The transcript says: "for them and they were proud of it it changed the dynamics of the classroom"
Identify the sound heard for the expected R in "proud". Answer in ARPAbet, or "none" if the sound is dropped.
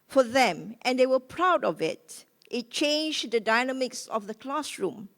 R